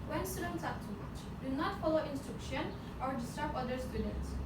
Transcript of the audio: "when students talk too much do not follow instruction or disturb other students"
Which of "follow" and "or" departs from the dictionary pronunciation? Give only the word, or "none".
none